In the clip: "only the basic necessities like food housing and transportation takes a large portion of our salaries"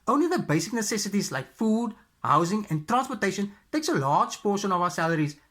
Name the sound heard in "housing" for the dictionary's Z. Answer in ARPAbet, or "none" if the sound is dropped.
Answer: Z